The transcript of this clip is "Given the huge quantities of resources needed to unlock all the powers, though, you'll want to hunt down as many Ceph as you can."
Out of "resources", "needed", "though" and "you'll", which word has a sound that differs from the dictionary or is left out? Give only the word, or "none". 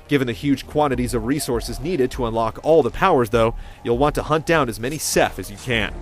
none